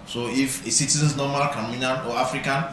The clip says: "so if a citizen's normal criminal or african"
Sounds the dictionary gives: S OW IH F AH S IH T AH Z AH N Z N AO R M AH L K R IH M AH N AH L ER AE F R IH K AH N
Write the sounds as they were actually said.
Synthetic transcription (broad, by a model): S OW IH F AH S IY T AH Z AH N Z N AO M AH L K AA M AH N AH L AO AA F R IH K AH N